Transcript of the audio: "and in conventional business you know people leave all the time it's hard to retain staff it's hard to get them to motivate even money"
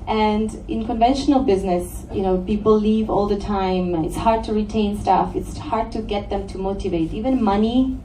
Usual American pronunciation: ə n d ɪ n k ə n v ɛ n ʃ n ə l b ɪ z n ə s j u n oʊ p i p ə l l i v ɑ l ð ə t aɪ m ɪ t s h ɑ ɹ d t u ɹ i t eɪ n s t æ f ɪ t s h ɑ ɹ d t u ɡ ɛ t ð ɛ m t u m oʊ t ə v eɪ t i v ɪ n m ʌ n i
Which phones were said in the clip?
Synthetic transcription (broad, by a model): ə n d ɪ n k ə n v ɛ n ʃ n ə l b ɪ z n ə s j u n oʊ p i p l l i v ɑ l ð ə t aɪ m ɪ t s h ɑ ɹ d t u ɹ i t eɪ n s t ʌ f ɪ t s h ɑ ɹ d t u ɡ ɛ t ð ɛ m t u m oʊ t ə v eɪ t i v ɪ n m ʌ n i